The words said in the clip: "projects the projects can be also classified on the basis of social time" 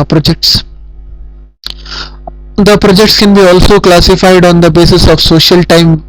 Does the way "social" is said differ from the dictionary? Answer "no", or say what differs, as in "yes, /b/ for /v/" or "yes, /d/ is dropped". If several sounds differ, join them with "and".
no